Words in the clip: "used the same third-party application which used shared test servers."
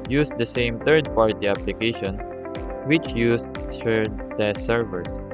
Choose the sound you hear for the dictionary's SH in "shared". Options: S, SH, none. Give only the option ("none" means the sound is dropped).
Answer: S